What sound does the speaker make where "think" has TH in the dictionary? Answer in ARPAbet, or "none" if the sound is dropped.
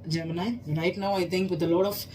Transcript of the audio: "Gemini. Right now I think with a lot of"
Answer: T